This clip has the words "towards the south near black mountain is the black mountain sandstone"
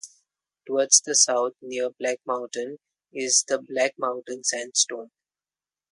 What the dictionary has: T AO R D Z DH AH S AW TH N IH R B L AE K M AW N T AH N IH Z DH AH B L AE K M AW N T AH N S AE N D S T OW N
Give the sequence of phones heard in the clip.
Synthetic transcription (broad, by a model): T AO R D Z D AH S AW T N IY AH B L AE K M AW N T AH N IH Z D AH B L AE K M AW N T AH N S AE N D S T OW N